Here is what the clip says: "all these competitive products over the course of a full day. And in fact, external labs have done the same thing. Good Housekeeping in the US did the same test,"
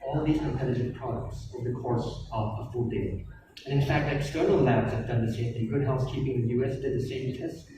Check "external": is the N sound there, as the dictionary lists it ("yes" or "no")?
no